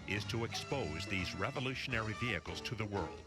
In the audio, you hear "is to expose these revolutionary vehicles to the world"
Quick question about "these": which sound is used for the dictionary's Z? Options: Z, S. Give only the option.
Z